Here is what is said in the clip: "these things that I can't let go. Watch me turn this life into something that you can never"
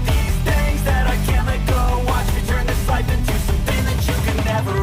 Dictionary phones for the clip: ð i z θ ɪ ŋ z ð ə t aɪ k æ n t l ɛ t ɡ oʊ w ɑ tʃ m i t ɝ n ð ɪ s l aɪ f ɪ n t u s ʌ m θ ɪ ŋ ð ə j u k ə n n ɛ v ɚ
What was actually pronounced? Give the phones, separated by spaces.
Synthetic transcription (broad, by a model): ð i z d ɪ z ð ə t aɪ k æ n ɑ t ɡ oʊ w ɑ tʃ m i t ɝ n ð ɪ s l aɪ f ɪ n t u s ʌ m θ ɪ ŋ ð ə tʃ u k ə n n ɛ v ɚ